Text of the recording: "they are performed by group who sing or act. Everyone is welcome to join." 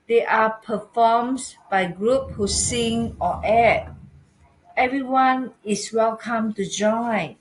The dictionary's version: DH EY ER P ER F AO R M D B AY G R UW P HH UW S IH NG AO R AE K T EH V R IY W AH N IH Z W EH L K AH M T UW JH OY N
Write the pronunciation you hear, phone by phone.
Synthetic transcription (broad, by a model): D EY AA P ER F AO M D B AY G R UW P HH UW S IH NG AO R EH T EH V R IY W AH N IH S W EH L K AH M T UW JH OY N